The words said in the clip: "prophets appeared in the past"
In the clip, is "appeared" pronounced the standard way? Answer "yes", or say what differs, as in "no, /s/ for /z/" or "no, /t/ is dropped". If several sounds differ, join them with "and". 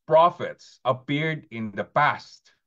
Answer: yes